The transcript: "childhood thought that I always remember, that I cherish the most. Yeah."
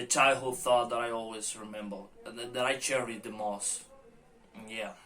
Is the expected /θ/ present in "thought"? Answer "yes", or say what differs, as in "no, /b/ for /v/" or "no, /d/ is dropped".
yes